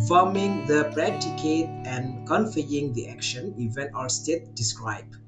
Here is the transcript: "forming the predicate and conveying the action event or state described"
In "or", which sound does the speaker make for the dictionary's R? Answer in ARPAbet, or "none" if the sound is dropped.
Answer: L